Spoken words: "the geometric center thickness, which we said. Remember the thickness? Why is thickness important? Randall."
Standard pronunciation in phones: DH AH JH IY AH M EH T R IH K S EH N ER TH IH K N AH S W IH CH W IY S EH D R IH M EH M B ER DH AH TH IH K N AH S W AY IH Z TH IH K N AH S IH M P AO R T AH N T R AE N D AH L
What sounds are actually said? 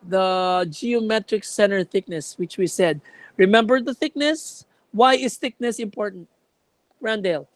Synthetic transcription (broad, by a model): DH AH JH IY AH M EH T R IH K S EH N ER TH IH K N AH S W IH CH W IY S EH D R IH M EH M B ER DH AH TH IH K N AH S W AY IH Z TH IH K N AH S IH M P AO R T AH N T R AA N D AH L